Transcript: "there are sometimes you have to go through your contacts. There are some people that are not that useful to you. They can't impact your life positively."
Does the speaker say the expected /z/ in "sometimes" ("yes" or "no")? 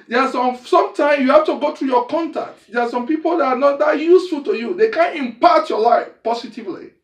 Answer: no